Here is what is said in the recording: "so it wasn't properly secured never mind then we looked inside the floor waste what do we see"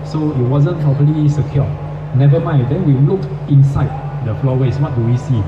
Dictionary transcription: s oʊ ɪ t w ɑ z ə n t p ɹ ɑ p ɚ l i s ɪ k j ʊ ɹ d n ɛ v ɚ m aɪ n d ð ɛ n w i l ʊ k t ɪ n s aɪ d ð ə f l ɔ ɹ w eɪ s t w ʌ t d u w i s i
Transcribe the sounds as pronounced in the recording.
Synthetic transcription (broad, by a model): s oʊ ɪ t w ɑ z ə n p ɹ ɑ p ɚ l i s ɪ k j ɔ n ɛ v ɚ m aɪ n d ɛ n w i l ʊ k ɪ n s aɪ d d ə f l ɔ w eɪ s w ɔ t d u w i s i